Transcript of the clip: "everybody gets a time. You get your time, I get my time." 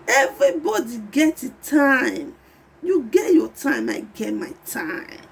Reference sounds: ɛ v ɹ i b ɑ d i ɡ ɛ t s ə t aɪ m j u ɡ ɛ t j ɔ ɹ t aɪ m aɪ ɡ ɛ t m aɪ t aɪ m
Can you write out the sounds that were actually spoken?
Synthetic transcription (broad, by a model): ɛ v ɹ i b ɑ d i ɡ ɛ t ə t aɪ m j u ɡ ɛ t j ɔ t aɪ m aɪ ɡ ɛ t m aɪ t aɪ m